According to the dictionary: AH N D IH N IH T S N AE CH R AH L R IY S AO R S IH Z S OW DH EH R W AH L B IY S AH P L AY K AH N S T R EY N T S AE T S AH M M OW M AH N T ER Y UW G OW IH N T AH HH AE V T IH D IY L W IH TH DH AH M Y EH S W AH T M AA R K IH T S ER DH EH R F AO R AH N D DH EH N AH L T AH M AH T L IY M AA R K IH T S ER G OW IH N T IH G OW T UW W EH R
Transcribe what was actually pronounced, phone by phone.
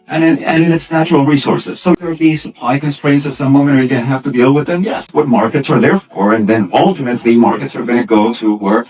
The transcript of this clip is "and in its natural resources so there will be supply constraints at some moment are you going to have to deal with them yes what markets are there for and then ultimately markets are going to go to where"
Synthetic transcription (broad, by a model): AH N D IH N IH T S N AE CH R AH L R IY S AO R S IH Z S OW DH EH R B IY S AH P L AY K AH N S T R EY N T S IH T S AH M M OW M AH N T ER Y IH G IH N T HH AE F T IH D IY L W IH DH AH M Y EH S W AH T M AA R K IH T S ER DH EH R F AO R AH N DH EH N AH L T AH M AH T L IY M AA R K IH T S ER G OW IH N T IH G OW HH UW W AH R